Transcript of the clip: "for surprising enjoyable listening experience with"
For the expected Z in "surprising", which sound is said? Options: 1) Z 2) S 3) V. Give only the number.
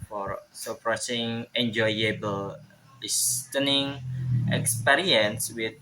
2